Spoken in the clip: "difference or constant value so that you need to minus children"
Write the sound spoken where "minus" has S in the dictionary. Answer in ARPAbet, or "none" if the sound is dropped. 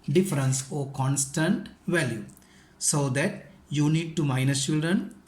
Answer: none